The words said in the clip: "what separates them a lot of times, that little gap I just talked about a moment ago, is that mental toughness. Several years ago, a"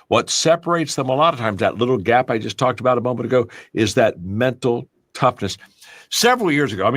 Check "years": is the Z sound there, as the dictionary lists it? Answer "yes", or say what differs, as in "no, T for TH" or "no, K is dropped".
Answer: yes